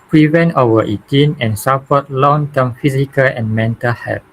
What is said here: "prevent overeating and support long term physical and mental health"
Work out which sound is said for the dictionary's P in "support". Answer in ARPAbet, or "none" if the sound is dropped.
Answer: F